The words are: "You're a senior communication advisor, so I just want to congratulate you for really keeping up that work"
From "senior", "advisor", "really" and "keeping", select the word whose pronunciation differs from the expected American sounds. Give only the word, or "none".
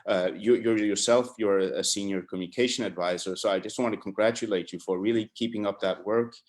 none